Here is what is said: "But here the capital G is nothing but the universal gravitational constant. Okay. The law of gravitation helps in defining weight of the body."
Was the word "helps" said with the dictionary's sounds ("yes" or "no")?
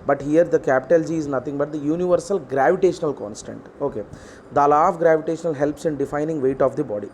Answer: yes